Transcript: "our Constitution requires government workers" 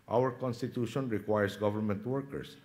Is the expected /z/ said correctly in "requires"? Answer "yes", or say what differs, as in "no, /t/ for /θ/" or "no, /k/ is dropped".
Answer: no, /s/ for /z/